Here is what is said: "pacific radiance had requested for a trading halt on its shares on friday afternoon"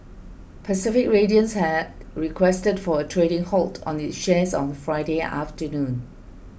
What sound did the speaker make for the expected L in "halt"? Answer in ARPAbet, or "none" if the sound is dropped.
L